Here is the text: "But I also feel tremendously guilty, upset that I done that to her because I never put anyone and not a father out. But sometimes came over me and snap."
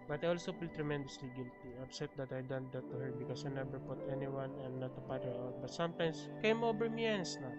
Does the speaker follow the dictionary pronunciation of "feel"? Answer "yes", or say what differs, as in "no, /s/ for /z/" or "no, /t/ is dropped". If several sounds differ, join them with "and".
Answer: no, /p/ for /f/